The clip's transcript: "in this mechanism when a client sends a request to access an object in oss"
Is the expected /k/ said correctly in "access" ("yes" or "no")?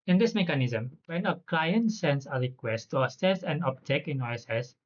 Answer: no